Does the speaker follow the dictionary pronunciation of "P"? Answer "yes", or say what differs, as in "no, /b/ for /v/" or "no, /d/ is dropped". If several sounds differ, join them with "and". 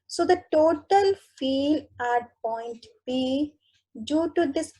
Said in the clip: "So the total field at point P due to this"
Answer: no, /b/ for /p/